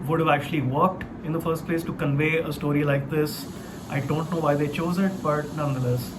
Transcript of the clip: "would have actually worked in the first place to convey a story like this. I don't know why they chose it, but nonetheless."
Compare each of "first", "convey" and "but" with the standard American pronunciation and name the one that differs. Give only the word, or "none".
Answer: none